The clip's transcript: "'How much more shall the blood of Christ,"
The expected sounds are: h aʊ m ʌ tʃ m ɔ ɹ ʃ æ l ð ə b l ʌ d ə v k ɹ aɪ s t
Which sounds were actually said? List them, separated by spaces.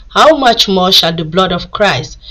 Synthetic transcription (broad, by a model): h aʊ m ʌ tʃ m ɔ ʃ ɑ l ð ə b l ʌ d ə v k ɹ aɪ s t